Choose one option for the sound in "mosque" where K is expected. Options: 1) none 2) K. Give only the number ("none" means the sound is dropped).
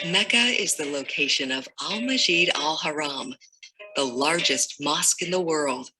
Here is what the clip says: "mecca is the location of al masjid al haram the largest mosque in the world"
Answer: 2